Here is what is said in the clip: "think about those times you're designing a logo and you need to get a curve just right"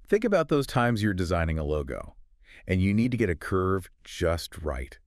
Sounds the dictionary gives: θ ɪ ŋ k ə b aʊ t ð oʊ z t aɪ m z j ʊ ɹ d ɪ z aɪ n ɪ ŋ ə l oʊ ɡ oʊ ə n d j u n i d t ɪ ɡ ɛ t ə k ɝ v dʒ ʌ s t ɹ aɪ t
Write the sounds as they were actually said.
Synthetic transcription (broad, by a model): θ ɪ ŋ k ə b aʊ t ð oʊ z t aɪ m z j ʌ ɹ d ɪ z aɪ n ɪ ŋ ə l oʊ ɡ oʊ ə n j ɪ n i d t ɪ ɡ ɛ t ə k ɝ v dʒ ʌ s t ɹ aɪ t